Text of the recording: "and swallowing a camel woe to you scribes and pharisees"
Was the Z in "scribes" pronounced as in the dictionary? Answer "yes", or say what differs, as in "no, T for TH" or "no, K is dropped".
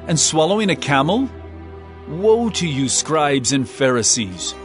yes